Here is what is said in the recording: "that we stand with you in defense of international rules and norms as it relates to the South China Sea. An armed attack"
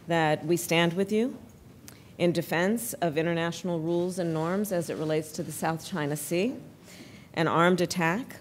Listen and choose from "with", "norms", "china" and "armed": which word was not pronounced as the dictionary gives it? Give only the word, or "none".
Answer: none